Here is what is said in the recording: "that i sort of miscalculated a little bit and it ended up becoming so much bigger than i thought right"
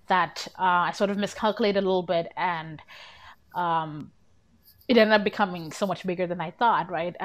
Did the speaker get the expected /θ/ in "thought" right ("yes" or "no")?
yes